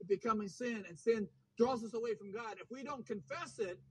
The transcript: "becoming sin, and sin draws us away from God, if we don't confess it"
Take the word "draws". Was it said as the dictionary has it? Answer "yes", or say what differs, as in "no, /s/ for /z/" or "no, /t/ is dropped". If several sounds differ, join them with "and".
yes